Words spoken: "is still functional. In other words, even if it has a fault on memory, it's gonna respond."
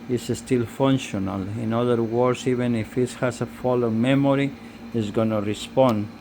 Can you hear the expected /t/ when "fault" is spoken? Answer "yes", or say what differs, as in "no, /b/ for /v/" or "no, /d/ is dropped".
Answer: no, /t/ is dropped